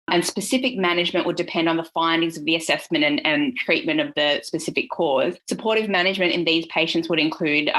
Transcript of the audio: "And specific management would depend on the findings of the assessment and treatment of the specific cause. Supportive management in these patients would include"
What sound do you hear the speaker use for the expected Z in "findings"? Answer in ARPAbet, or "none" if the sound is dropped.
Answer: Z